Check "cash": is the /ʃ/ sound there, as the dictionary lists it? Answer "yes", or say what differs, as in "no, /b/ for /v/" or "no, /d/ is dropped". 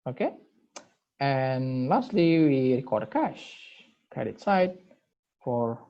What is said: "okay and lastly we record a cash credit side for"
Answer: yes